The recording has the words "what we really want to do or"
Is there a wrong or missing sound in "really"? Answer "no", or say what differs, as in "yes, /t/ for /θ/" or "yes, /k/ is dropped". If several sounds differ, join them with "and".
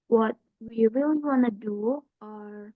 yes, /w/ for /ɹ/